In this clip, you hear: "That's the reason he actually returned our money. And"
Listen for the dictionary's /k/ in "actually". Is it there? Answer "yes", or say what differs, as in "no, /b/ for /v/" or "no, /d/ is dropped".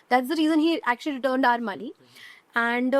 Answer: yes